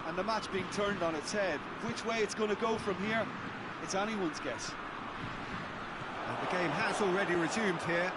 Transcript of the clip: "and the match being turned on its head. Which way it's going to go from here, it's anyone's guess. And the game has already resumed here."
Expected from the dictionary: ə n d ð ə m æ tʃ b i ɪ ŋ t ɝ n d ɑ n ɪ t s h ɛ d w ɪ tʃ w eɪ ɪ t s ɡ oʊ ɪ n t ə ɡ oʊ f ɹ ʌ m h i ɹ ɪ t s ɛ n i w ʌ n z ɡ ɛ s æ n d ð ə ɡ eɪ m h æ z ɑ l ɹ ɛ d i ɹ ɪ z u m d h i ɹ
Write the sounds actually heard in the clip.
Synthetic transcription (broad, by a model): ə n ð ə m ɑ tʃ b i ɪ ŋ t ɝ n d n ɪ t s h ɛ d w ɪ tʃ w eɪ ɪ t s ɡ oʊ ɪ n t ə ɡ oʊ f ɹ ʌ m h i ɹ ɪ t s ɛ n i w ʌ n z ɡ ɛ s ð ə ɡ eɪ m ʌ z ɑ l ɹ ɛ d i ɹ ɪ z u m d h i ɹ